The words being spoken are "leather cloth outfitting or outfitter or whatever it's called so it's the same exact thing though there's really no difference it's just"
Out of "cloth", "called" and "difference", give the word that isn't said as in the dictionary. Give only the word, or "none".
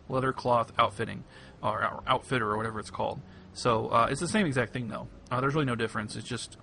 none